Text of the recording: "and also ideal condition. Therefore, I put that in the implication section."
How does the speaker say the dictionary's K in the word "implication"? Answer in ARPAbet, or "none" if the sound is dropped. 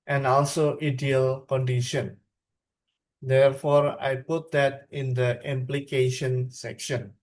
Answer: K